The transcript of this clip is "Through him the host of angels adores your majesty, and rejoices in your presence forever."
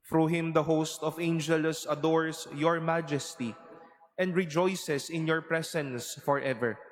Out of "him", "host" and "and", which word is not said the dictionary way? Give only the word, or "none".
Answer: none